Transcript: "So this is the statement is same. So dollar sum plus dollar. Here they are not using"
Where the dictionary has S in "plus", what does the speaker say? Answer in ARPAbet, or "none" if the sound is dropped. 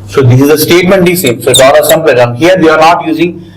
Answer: none